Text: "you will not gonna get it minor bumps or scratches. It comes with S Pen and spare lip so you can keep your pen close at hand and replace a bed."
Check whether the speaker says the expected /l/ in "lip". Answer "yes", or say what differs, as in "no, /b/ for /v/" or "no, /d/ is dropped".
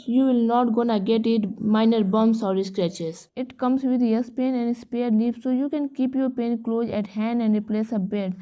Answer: no, /n/ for /l/